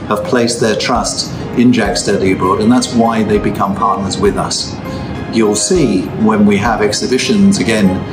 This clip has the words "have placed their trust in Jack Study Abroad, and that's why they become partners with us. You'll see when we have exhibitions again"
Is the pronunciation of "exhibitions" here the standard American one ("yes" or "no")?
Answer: yes